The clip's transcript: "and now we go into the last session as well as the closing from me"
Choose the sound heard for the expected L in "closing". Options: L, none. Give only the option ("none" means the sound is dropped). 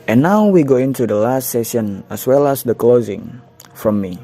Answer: L